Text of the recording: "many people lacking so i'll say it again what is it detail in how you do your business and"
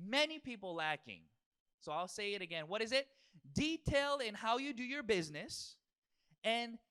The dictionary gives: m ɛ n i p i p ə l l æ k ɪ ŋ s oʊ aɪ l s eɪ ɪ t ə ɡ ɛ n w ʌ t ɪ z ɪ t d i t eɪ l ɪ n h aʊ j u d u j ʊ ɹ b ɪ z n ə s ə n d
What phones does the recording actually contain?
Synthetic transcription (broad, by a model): m ɛ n i p i p l l æ k ɪ ŋ s oʊ aɪ l s eɪ ɪ t ə ɡ ɛ n w ʌ t ɪ z ɪ t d i t eɪ l ɪ n h aʊ j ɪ d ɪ j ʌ ɹ b ɪ z n ə s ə n